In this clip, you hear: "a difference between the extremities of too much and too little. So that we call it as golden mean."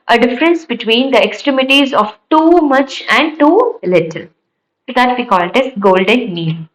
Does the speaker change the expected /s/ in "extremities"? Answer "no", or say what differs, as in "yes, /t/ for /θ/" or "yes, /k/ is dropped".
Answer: no